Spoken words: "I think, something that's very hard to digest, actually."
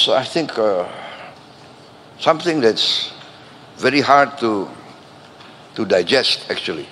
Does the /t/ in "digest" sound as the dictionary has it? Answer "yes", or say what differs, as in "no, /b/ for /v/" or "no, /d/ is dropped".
yes